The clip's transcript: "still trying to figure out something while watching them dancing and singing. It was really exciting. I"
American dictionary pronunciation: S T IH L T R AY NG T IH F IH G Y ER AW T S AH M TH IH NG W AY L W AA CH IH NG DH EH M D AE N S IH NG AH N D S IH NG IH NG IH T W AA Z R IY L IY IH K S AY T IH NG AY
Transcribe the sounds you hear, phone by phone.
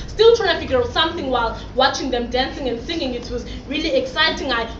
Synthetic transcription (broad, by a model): S T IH L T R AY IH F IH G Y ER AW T S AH M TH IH NG W AY L W AA CH IH NG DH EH M D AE N S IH NG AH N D S IH NG IH NG IH T W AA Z R IY L IY IH K S AY T IH NG AY